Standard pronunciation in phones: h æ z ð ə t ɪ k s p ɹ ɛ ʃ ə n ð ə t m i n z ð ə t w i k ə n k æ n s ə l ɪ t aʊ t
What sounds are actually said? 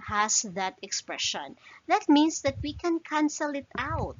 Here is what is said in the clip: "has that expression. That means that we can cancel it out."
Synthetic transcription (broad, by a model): h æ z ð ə t ɪ k s p ɹ ɛ ʃ ə n ð ə t m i n s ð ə t w i k ə n k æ n s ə l ɪ t aʊ t